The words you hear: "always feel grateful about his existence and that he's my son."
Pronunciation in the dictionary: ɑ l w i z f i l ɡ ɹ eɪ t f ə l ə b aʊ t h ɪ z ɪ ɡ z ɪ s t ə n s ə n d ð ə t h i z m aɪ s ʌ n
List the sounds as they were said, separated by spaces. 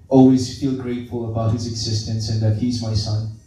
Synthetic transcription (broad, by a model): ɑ l w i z f i l ɡ ɹ eɪ t f ə l ə b aʊ t h ɪ z ɪ ɡ z ɪ s t ə n s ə n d ð ə t h i z m aɪ s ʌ n